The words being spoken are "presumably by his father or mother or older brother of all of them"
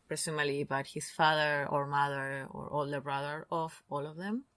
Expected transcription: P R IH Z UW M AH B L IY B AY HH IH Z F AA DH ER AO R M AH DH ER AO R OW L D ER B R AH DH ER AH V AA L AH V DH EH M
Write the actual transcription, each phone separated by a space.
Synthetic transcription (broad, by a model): P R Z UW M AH L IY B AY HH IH S F AA DH ER AO R M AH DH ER AO R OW L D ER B R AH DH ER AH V AA L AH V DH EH M